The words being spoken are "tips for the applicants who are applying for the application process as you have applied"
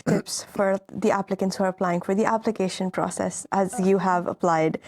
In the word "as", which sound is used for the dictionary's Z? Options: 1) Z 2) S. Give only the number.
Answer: 1